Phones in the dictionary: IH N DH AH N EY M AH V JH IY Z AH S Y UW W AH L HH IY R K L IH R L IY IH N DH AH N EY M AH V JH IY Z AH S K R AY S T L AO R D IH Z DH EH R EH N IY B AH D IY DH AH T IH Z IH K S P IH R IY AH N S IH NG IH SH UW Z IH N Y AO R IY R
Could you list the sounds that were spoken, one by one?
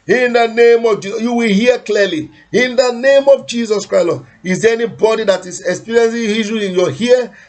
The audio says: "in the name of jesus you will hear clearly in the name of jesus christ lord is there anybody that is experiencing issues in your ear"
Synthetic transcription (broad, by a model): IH N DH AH N EY M AH V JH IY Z Y UW W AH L HH IY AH K L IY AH L IY IH N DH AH N EY M AH V JH IY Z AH S K R AY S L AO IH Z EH EH N IY B AH D IY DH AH T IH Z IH K S P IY R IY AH N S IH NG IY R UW IH N Y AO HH IY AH